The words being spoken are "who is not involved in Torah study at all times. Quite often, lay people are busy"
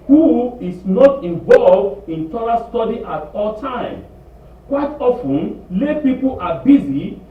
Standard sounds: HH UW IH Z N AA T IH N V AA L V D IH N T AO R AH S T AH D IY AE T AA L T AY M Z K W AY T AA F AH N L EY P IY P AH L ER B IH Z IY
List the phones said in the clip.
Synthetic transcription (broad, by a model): HH UW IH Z N AA T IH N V AA L V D IH N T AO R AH S T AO D IY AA T AA L T AY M K W AY T AA F AH N L EY P IY P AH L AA B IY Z IY